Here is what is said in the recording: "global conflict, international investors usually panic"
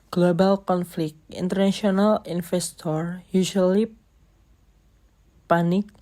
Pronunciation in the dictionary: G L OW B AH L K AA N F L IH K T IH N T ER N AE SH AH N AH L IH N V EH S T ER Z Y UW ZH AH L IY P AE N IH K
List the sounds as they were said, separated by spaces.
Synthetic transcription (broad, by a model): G L OW B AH L K AA N F L IH K T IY N T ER N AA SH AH N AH L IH N F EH S T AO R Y UW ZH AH L IY P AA N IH K